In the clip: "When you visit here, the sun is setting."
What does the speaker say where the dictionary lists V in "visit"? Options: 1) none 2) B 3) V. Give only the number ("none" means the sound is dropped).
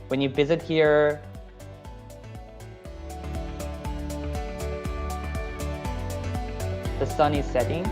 3